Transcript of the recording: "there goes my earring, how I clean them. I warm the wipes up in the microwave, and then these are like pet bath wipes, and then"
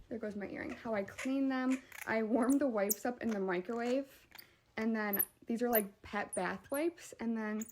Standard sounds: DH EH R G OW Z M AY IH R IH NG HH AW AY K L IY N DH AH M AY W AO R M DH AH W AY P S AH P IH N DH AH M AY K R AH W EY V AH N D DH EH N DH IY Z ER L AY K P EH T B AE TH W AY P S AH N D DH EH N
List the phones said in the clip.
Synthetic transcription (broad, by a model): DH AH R G OW Z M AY IH R IH NG HH AW AY K L IY N DH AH M AY W AO R M DH AH W AY P S AH P IH N DH AH M AY K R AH W EY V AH N DH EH N DH IY Z ER L AY K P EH T B AE TH W AY P S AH N DH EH N